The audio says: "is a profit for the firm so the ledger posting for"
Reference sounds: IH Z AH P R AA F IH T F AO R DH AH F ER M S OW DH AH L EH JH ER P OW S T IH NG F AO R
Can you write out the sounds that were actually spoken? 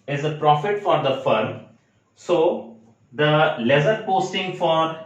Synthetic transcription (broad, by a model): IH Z AH P R AA F IH T F AO R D AH F ER M S OW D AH L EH Z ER P OW S T IH NG F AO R